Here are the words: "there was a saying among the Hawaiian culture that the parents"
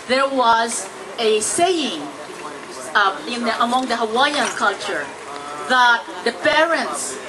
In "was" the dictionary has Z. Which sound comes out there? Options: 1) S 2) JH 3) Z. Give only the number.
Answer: 3